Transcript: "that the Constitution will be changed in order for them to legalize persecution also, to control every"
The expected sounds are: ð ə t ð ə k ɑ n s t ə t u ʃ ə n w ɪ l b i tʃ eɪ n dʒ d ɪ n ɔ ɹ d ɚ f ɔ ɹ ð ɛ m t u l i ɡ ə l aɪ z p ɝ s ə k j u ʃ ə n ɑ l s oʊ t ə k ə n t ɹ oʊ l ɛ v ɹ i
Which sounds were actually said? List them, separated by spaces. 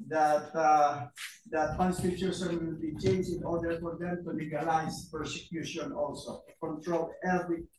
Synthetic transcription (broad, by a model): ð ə t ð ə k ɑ n s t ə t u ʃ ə n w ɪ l b i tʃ eɪ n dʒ ɪ n ɔ ɹ d ɚ f ɔ ɹ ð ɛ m t u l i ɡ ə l aɪ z p ɝ s ə k j u ʃ ə n ɑ l s oʊ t k ə n t ɹ oʊ l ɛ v ɹ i